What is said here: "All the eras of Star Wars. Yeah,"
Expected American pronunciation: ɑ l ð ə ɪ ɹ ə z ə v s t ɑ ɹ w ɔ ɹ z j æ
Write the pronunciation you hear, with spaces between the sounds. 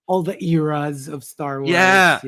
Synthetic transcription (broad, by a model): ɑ l ð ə ɪ ɹ ə z ə v s t ɑ ɹ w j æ